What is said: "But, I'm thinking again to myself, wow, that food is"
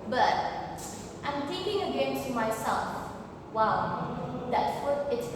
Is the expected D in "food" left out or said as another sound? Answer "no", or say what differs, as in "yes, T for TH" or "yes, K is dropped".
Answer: yes, D is dropped